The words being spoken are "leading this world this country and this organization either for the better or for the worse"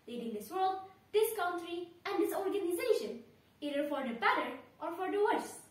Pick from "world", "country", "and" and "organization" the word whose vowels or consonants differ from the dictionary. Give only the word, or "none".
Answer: none